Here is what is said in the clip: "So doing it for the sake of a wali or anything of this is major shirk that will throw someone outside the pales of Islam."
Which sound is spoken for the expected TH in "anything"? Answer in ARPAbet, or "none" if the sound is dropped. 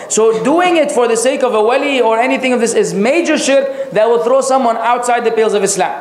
TH